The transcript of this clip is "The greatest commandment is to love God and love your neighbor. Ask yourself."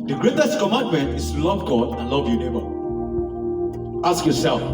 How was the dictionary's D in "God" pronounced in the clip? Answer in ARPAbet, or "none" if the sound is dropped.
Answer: D